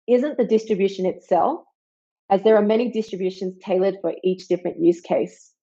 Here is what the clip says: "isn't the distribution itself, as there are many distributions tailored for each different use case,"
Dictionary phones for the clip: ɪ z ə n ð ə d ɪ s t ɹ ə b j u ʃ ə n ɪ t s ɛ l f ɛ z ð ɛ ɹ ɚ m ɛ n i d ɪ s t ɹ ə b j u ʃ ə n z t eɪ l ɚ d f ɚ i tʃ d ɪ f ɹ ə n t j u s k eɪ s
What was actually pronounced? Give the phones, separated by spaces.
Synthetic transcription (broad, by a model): ɪ z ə n ð ə d ɪ s t ɹ ə b j u ʃ ə n ɪ t s ɛ l f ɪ z ð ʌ ɹ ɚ m ɛ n i d ɪ s t ɹ ə b j u ʃ ə n z t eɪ l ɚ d f ɚ i tʃ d ɪ f ɹ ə n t j u s k eɪ s